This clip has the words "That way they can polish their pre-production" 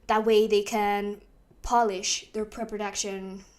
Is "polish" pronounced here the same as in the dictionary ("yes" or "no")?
yes